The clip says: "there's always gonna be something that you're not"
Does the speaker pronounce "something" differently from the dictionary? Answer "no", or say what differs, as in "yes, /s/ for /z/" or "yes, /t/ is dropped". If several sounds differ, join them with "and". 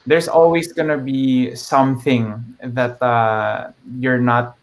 no